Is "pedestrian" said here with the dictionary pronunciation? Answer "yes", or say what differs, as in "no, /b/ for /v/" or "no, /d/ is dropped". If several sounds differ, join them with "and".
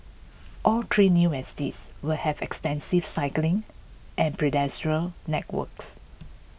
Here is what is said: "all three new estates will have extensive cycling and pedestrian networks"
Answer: no, /l/ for /n/